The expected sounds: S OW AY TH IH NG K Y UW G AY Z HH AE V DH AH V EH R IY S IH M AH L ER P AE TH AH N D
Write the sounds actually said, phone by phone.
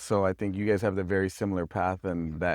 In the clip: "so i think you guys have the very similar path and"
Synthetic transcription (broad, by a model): S OW AY TH IH NG K Y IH G AY Z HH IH V DH AH V EH R IY S IH M L ER P AE TH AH N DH